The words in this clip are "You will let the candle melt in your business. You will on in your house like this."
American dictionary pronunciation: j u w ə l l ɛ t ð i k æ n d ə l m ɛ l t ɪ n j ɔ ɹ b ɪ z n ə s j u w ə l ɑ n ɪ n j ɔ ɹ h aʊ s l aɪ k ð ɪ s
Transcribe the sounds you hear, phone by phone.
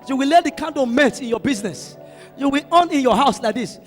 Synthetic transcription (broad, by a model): j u w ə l l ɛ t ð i k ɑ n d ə m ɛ t ɪ n j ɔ b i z n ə s j u w ə l ɑ n ɪ n j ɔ h aʊ s l aɪ k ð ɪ s